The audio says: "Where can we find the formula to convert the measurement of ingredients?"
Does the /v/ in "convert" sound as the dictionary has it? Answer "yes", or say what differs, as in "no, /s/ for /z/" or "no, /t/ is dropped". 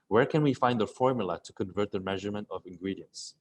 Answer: yes